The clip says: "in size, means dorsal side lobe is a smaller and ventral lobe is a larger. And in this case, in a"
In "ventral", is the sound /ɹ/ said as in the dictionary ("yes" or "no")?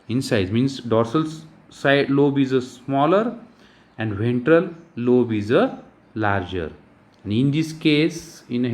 yes